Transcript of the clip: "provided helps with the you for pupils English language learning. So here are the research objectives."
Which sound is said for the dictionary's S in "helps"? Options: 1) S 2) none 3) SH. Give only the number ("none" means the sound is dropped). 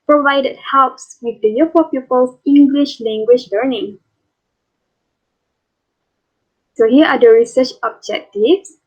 1